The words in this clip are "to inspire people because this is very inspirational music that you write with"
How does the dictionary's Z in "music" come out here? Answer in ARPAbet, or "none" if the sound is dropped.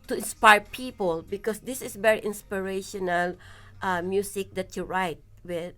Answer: S